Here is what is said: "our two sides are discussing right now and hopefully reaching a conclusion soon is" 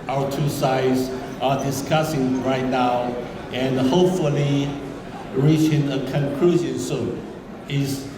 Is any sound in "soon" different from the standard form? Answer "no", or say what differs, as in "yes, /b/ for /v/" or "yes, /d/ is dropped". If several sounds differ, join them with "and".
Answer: yes, /n/ is dropped